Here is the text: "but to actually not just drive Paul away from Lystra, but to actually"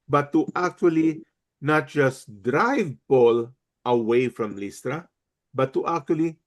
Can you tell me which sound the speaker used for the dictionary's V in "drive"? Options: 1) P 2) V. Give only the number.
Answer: 2